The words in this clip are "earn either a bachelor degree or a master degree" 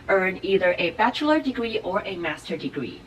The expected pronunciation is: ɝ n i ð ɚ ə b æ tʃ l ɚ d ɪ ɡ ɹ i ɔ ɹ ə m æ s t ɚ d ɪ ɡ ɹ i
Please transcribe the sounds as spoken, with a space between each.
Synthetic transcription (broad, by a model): ɝ n i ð ɚ ə b æ tʃ l ɚ d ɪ ɡ ɹ i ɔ ɹ ə m æ s t ɚ d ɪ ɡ ɹ i